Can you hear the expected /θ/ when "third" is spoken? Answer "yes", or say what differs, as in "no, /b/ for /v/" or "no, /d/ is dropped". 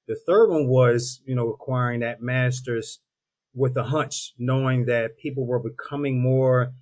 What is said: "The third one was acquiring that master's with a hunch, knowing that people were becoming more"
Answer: yes